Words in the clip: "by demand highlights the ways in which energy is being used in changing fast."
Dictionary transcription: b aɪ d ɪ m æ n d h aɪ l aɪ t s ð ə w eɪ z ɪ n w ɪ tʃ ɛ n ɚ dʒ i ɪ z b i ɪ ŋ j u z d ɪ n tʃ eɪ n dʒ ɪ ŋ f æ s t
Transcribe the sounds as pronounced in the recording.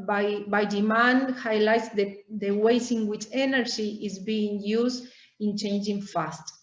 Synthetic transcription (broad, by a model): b aɪ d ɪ m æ n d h aɪ l aɪ t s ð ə w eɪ s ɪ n w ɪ tʃ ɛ n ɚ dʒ i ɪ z b i ɪ ŋ j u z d ɪ n tʃ eɪ n dʒ ɪ ŋ f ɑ s t